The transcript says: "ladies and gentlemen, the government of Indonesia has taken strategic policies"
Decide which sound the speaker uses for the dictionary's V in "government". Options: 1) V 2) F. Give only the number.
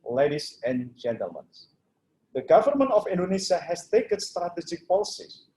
1